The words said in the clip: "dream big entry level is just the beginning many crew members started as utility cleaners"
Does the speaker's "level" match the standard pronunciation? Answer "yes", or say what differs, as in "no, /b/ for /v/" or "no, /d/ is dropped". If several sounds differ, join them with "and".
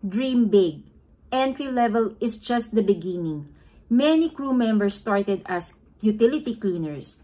yes